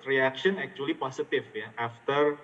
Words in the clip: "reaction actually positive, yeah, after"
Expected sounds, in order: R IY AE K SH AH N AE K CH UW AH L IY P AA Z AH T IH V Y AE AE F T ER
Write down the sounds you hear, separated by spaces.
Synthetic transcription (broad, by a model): R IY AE K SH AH N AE K CH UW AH L IY P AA S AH T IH F Y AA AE F T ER